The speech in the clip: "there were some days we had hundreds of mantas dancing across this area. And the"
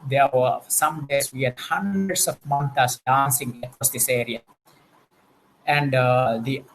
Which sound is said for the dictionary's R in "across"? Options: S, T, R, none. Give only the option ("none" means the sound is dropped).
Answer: none